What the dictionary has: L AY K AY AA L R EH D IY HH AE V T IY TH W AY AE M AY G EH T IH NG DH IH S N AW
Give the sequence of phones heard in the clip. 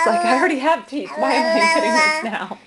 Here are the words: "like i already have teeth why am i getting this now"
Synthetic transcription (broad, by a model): L AY K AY AA L R EH D IY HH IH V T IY T W AY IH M AY G EH T IH NG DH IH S N AW